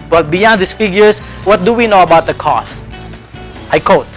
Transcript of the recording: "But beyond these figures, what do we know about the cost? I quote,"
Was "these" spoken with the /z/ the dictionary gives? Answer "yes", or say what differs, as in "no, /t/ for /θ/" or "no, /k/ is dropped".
no, /s/ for /z/